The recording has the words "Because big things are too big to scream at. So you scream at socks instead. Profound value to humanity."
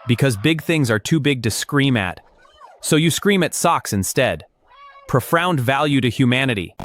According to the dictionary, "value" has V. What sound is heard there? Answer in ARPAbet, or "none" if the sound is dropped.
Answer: V